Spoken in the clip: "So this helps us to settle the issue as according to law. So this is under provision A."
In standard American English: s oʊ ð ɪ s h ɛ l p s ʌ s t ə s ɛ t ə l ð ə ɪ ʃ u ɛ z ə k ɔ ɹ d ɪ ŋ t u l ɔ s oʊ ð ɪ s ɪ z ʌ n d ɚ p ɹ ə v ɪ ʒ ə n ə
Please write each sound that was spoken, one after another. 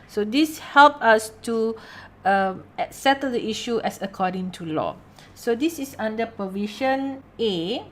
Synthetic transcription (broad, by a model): s oʊ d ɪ s h ɛ l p ʌ s t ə s ɛ t ə l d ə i ʃ u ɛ s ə k ɔ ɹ d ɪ ŋ t u l ɔ s oʊ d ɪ s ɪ s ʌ n d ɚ p ɹ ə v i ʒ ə n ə